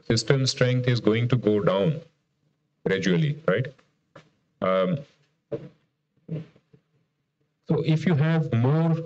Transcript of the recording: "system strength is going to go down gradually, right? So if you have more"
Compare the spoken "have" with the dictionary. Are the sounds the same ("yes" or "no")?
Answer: yes